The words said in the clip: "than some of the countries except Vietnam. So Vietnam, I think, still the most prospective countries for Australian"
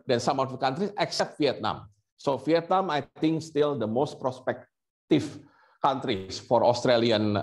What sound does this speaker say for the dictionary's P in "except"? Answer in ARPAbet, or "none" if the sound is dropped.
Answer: P